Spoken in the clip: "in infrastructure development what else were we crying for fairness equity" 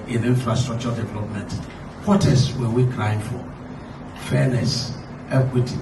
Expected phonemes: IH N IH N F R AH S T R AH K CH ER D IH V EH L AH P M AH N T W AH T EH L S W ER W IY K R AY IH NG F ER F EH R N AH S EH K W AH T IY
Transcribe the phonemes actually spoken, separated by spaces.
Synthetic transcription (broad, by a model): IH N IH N F R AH S T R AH K CH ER D IH V EH L AH P M AH N T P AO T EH S W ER W IY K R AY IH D F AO F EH N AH S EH K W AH T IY